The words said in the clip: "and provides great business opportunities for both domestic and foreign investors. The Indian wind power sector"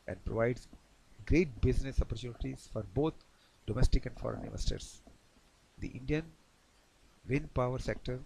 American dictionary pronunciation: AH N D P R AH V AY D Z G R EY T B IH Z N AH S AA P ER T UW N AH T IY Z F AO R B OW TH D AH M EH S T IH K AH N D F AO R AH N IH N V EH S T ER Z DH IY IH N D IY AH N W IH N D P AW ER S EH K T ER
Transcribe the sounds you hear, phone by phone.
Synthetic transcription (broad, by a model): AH N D P R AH V AY D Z G R EY T B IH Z N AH S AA P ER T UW N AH T IY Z F AO R B OW T D AH M EH S T IH K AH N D F AO R AH N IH V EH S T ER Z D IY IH N D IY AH N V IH N P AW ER S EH K T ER